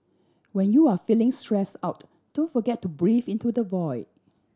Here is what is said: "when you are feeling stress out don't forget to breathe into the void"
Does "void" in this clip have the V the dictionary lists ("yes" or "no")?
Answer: yes